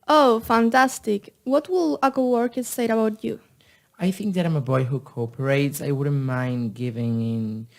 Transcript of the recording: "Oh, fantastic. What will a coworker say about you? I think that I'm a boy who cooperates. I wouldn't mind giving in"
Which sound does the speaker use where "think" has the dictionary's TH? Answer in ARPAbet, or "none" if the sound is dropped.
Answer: TH